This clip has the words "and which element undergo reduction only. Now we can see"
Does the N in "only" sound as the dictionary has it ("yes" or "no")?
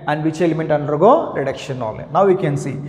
no